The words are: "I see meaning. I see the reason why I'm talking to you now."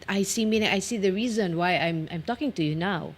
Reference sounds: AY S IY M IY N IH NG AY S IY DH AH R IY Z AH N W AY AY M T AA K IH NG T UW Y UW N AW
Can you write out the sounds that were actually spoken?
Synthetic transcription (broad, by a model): AY S IY M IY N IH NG AY S IY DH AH R IY Z AH N W AY AY M T AA K IH NG T UW Y UW N AW